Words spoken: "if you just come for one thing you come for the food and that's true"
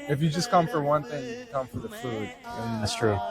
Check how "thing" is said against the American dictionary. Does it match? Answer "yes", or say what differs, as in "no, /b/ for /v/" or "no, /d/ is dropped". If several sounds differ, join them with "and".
yes